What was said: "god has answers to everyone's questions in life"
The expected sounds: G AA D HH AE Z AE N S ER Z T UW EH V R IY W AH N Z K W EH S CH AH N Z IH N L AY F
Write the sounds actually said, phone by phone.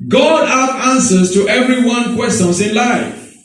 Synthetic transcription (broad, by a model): G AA D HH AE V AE N S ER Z T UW EH V R IY W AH N K W EH S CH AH N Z IH N L AY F